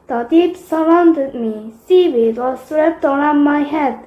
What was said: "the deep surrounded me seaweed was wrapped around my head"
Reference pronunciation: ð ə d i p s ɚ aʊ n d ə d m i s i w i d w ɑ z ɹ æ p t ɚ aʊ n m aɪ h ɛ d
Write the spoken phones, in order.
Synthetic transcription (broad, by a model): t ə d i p s ɚ aʊ n d ə d m i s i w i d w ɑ s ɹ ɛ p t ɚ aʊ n m aɪ h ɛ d